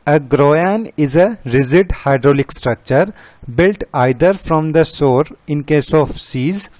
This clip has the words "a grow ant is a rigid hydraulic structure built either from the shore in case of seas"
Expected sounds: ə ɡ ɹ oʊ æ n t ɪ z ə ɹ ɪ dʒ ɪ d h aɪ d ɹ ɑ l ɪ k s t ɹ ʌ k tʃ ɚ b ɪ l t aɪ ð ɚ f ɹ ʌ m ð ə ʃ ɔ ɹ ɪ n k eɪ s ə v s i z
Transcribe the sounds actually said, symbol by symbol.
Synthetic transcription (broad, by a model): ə ɡ ɹ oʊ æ n ɪ z ə ɹ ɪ z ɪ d h aɪ d ɹ ɑ l ɪ k s t ɹ ʌ k tʃ ɚ b ɪ l t aɪ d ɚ f ɹ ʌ m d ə s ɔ ɹ ɪ n k eɪ s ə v s i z